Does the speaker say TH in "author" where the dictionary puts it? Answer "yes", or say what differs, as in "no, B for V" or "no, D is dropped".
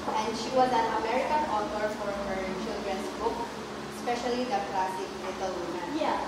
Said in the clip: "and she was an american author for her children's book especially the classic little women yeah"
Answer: no, T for TH